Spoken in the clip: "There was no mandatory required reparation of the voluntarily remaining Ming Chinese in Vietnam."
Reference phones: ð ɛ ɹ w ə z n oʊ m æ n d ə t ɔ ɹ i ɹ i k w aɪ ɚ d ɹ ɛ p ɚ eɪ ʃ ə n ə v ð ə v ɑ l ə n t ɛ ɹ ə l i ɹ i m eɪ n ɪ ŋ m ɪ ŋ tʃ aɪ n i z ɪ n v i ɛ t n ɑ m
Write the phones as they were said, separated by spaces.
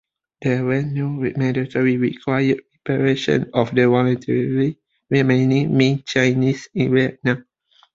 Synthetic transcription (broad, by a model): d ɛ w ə n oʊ m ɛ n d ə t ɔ ɹ i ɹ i k w aɪ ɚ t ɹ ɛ p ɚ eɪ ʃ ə n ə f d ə w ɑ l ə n t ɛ ɹ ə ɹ i ɹ i m eɪ n ɪ ŋ m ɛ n tʃ aɪ n i s ɪ n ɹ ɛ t n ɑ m